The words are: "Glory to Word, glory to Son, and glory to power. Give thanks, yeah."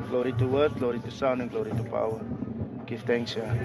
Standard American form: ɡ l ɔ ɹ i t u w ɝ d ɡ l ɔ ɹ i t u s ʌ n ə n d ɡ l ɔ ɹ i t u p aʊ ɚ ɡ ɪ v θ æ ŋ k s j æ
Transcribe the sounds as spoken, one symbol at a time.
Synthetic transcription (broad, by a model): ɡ l ɔ ɹ i t u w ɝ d ɡ l ɔ ɹ i t u s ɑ n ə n ɡ l ɔ ɹ i t u p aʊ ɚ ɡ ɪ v t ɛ ŋ k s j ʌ